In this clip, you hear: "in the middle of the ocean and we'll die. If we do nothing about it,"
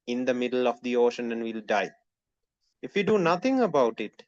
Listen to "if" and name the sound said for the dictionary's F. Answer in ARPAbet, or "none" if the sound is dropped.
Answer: F